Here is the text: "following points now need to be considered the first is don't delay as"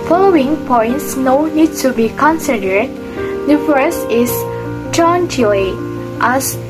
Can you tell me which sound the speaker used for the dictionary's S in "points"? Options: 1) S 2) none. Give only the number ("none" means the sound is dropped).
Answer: 1